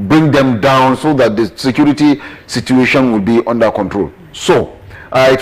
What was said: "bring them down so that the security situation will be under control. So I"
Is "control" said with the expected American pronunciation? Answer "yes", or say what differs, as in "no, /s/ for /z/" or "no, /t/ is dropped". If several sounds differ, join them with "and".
yes